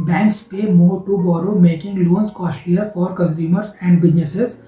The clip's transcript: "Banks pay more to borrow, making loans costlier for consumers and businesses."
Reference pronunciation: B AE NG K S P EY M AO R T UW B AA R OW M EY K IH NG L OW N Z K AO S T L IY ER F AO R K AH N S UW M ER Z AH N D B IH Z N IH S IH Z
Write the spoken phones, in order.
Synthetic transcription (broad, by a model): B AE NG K S P EY M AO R T UW B AA R OW M EY K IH NG L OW N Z K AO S T IY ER F AO R K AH N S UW M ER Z AH N D B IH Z N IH S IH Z